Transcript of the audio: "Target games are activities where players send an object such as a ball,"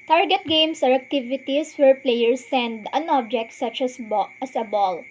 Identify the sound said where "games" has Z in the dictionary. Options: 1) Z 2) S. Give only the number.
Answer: 2